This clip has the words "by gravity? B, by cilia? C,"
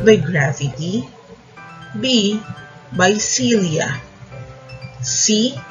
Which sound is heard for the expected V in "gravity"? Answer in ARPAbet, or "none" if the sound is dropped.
F